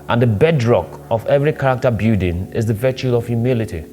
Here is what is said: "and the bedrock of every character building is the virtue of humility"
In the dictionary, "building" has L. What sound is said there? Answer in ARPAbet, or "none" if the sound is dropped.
none